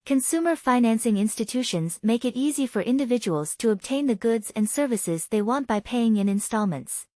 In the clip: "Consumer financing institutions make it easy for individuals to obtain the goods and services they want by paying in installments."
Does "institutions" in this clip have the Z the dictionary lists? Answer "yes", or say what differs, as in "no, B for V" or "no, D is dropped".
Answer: yes